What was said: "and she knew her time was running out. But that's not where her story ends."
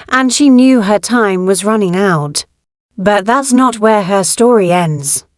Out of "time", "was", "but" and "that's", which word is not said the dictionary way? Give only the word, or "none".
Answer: none